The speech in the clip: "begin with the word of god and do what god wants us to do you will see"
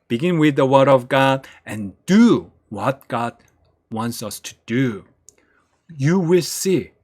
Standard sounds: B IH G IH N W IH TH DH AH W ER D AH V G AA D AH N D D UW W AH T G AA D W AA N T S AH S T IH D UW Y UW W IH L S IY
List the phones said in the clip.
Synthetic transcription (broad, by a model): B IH G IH N W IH DH AH W ER D AH V G AA D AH N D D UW W AH T G AA D W AA N T S AH S T IH D UW Y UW W IH L S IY